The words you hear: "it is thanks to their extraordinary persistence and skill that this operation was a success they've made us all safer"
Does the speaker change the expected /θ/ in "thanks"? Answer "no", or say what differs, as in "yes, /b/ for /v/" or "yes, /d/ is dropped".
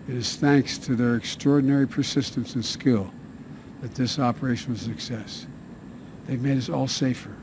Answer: no